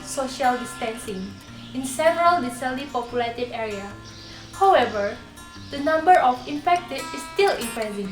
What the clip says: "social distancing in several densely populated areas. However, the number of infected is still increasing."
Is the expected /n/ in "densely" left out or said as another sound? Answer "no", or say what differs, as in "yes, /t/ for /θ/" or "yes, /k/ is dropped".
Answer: yes, /n/ is dropped